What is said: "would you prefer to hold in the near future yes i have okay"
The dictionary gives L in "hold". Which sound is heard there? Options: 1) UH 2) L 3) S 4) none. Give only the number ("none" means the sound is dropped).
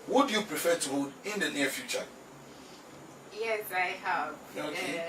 4